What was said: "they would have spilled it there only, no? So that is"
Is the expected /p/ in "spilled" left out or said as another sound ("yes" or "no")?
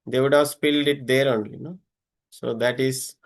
no